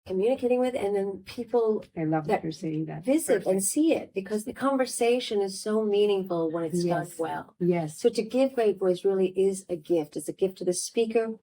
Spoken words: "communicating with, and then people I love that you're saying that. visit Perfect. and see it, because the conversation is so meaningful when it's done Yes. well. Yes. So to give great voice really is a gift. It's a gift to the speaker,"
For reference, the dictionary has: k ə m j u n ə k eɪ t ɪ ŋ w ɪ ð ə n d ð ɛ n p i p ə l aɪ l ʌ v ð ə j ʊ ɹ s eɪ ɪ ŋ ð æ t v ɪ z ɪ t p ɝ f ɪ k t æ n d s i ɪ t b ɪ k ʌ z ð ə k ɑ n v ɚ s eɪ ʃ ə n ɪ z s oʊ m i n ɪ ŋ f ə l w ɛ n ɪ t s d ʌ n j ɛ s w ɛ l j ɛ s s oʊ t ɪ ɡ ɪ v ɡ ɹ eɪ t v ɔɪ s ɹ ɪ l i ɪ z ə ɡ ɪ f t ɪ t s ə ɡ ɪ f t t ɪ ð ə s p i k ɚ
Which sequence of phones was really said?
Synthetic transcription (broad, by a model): k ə m j u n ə k eɪ t ɪ ŋ w ɪ ð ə n ð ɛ n p i p l aɪ l ʌ v ð ə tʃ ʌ ɹ s eɪ ɪ ŋ ð æ t v ɪ z ɪ t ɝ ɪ n s i ɪ t b ɪ k ʌ z ð ə k ɑ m v ɚ s eɪ ʃ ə n ɪ z s oʊ m i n ɪ ŋ f l w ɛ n ɪ t s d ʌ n w ɛ l j ɛ s s oʊ t ɪ ɡ ɪ v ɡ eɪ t b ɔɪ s ɹ ɪ l i ɪ z ə ɡ ɪ f t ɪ t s ə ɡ ɪ f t t ɪ ð ə s p i k ɚ